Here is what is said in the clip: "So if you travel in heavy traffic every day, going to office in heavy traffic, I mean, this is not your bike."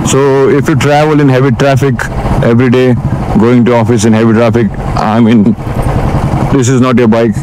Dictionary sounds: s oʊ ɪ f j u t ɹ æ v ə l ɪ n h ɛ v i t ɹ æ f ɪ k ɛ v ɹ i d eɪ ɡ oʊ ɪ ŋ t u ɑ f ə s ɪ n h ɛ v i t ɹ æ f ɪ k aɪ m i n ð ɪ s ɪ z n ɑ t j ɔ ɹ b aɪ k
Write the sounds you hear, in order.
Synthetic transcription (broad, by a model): s oʊ ɪ f j u t ɹ æ v ə l ɪ n h ɛ v i t ɹ æ f ɪ k ɛ v ɹ i d eɪ ɡ oʊ ɪ ŋ t u ɑ f ə s ɪ n h ɛ v i t ɹ æ f ɪ k aɪ m i n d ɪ s ɪ z n ɑ t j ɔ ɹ b aɪ k